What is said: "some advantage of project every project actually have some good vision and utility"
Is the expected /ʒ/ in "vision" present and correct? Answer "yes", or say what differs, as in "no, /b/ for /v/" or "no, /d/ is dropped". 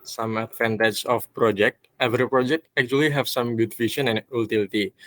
no, /ʃ/ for /ʒ/